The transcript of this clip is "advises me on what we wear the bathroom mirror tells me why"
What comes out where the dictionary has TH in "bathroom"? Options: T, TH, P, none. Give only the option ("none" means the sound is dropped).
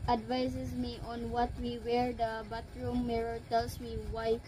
T